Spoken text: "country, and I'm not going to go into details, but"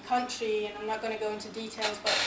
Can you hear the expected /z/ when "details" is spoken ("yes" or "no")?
yes